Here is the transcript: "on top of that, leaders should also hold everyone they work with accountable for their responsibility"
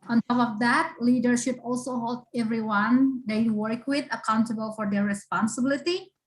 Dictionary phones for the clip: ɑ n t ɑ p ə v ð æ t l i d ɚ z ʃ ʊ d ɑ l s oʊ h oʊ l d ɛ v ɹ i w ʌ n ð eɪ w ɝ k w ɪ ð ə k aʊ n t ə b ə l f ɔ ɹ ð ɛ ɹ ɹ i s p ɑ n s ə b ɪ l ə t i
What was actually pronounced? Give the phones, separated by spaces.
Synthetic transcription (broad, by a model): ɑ n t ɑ f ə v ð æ t l i d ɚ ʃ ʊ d ɑ l s oʊ h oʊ l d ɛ v ɹ i w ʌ n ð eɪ w ɝ k w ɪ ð ə k aʊ n t ə b ə l f ɔ ɹ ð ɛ ɹ ɹ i s p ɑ n s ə b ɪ l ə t i